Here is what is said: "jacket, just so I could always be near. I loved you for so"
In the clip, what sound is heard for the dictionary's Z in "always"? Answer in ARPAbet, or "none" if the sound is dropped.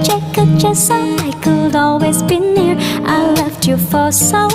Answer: Z